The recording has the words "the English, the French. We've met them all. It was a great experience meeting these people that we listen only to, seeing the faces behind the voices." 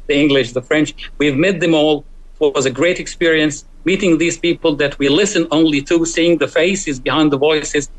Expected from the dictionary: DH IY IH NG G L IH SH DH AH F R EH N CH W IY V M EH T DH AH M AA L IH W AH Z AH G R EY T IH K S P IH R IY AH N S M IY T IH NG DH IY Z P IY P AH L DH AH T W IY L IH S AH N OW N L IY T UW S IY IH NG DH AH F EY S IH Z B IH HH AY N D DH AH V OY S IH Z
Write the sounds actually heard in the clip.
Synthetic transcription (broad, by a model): DH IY IH NG G L IH SH DH AH F R EH N CH W IY V M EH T DH AH M AA L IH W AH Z AH G R EY T IH K S P IH R IY AH N S M IY T IH NG DH IY Z P IY P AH L DH AH T W IY L IH S AH N OW N L IY T UW S IY IH NG DH AH F EY S IH Z B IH HH AY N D DH AH V OY S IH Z